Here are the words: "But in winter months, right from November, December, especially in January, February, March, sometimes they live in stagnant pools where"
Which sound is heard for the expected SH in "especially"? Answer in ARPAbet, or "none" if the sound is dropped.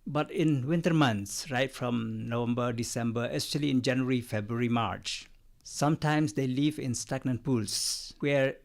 none